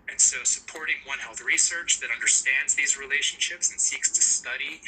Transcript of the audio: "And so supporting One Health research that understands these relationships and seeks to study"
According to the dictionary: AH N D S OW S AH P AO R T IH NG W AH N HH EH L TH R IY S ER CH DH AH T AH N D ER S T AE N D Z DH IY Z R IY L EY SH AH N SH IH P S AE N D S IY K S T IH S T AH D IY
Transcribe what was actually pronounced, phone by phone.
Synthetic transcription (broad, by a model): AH N S OW S AH P AO R T IH NG W AH N HH EH L TH R IY S ER CH DH AH T AH N D ER S T AE N D Z DH IY Z R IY L EY SH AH N SH IH P S N S IY K S T IH S T AH D IY